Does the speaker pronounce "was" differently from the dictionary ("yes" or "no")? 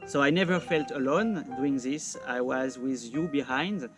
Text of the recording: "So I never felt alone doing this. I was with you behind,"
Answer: no